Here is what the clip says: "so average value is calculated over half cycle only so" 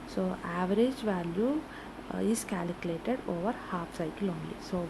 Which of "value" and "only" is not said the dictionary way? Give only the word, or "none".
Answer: none